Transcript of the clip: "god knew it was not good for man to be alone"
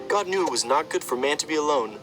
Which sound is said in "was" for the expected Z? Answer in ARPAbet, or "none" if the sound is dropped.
Z